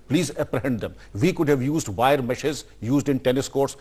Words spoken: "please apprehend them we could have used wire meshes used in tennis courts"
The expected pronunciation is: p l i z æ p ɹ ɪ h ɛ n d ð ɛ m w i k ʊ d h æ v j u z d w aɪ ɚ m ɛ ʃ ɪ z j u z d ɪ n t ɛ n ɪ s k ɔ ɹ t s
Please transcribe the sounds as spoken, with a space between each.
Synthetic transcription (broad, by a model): p l i z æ p ɹ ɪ h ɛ n d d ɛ m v i k ʊ d h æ v j u z d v aɪ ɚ m ɛ ʃ ɪ z j u z d ɪ n t ɛ n ɪ s k ɔ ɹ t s